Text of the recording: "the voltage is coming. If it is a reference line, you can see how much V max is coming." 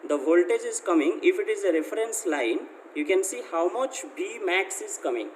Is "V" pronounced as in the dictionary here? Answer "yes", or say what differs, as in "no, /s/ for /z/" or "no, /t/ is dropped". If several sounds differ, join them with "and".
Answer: no, /b/ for /v/